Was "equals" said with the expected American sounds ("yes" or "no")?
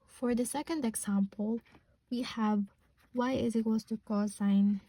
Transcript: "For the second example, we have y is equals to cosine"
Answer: no